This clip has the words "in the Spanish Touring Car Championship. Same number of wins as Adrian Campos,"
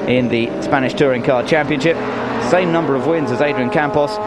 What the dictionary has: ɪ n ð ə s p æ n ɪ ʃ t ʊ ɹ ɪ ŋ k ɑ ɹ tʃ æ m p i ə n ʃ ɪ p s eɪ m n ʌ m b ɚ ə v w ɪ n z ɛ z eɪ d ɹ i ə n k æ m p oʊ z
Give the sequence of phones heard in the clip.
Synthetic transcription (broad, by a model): ɪ n ð ə s p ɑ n ɪ ʃ t ʊ ɹ ɪ ŋ k ɑ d tʃ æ m p i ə n ʃ ɪ p s eɪ m n ʌ m b ɚ ə v w ɪ n z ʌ z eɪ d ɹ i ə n k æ m p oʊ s